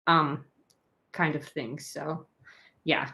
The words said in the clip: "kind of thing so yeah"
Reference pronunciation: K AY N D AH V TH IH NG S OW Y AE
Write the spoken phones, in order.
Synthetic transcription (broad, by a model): K AY N D AH V TH IH NG S OW Y AE